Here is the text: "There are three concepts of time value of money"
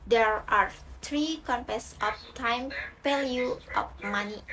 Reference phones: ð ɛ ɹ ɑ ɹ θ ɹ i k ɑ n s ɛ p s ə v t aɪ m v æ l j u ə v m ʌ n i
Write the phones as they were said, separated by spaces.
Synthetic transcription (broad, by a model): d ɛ ɹ ɑ ɹ t ɹ i k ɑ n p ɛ s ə f t aɪ m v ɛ l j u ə f m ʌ n i